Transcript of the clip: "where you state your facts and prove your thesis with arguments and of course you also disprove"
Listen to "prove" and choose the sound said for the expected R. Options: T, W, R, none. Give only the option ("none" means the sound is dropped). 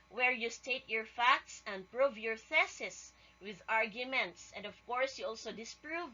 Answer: R